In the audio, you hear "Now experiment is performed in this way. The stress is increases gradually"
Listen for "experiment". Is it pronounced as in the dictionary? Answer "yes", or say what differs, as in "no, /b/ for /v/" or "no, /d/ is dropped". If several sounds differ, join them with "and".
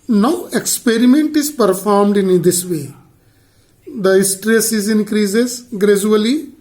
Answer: yes